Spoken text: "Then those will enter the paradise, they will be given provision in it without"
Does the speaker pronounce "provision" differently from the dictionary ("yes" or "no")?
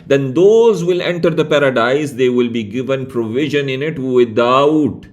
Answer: no